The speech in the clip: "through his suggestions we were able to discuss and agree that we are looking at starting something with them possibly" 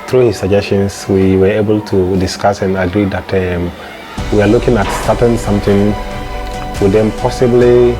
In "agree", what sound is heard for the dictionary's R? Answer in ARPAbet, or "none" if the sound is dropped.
R